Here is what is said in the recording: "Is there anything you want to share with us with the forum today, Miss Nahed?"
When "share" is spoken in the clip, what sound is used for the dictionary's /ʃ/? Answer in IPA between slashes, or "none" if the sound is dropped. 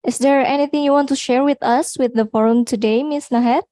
/ʃ/